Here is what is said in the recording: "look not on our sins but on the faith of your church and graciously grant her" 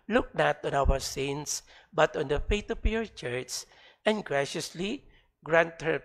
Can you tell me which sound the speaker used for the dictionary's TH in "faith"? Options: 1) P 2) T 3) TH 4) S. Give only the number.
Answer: 2